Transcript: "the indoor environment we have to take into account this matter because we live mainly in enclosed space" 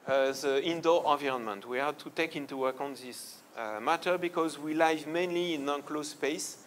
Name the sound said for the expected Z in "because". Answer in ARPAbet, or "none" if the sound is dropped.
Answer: Z